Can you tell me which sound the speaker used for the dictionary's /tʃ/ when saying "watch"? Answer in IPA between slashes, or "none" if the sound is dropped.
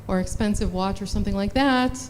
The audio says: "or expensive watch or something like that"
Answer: /tʃ/